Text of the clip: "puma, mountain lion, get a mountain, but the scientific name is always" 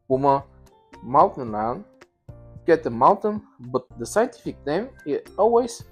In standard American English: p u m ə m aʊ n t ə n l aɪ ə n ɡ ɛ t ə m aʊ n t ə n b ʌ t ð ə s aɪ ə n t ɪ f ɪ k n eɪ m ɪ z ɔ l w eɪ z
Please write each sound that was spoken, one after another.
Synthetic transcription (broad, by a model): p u m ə m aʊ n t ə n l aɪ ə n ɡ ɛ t ə m aʊ n t ə n b ʌ t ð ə s aɪ ə n t ɪ f ɪ k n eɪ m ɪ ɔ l w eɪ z